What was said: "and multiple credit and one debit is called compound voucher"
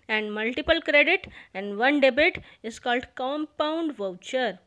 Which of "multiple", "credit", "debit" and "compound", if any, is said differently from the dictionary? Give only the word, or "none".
none